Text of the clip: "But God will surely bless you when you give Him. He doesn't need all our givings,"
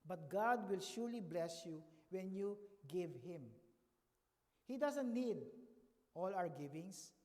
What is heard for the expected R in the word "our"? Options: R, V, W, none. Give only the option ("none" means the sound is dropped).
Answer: W